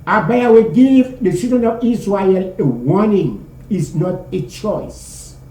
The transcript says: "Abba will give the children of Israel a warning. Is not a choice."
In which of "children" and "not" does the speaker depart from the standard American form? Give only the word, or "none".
children